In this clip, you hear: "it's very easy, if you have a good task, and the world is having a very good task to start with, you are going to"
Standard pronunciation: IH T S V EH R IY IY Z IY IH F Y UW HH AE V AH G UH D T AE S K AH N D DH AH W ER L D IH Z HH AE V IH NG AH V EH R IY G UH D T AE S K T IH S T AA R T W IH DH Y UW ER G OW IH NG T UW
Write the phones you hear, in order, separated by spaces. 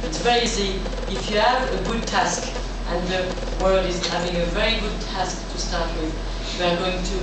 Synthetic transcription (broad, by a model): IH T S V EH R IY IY S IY IH F Y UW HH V AH G UH D T AE S K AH N DH AH W ER L D IH Z HH AE V IH NG AH V EH R IY G UH D T AE S K T IH S T AA R T W IH DH Y UW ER G OW IH NG T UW